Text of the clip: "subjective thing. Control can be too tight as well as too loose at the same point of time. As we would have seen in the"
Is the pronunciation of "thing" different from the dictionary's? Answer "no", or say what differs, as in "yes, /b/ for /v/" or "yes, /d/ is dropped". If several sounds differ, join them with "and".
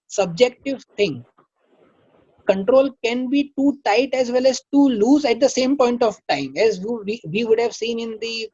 yes, /t/ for /θ/